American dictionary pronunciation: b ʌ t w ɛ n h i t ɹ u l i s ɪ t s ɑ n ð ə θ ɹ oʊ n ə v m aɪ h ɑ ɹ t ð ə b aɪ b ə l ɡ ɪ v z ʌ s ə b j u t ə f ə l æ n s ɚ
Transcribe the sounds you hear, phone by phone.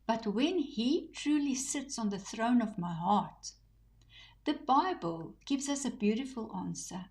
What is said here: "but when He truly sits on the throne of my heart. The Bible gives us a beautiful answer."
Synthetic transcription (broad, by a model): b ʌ t w ɛ n h i t ɹ u l i s ɪ t s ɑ n ð ə θ ɹ oʊ n ə v m aɪ h ɑ ɹ t ð ə b aɪ b ə l ɡ ɪ v z ʌ s ə b j u t ə f ə l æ n s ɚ